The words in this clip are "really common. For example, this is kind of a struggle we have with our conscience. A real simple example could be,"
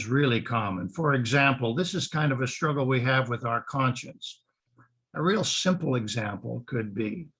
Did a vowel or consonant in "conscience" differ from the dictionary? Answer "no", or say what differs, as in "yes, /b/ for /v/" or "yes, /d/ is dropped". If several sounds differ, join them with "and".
no